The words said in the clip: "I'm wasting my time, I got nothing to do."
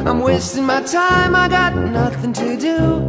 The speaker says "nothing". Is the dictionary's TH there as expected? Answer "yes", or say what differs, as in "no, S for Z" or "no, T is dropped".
yes